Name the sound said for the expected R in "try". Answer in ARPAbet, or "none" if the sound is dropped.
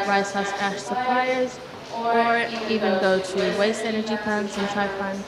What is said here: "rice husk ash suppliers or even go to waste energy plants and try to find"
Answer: none